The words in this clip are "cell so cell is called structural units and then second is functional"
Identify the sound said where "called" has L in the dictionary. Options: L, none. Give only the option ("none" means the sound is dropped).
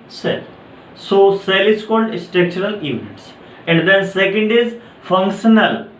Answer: L